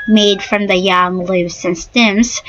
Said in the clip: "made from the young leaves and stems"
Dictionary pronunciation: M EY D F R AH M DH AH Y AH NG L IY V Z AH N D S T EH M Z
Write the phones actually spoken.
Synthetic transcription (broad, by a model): M EY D F R AH M DH AH Y AH NG L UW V S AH N S T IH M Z